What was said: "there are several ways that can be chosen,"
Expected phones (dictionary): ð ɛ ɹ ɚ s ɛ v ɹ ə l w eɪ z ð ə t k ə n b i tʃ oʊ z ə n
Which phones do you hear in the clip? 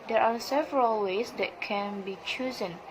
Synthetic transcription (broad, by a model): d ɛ ɹ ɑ s ɛ v ɹ ə l w eɪ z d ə t k ə n b i tʃ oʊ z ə n